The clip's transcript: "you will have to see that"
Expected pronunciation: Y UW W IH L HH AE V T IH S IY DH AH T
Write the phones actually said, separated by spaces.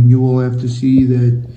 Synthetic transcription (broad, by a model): Y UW W IH L HH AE F T IH S IY DH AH T